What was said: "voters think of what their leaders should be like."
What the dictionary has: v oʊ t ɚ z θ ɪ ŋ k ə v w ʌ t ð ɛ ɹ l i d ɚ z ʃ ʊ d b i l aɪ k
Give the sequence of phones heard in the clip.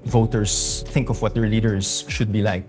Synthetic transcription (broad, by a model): v oʊ t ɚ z θ ɪ ŋ k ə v w ʌ t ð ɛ ɹ l i d ɚ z ʃ ʊ d b i l aɪ k